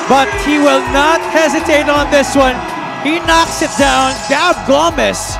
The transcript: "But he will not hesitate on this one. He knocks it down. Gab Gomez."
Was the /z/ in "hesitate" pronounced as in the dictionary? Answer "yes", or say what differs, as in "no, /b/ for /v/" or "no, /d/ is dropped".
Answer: yes